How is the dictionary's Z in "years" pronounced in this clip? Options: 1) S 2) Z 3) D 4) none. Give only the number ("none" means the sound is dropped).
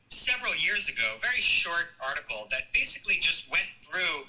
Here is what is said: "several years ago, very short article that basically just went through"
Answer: 2